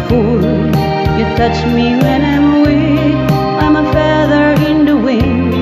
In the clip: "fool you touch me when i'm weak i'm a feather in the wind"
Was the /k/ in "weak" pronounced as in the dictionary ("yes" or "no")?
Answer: no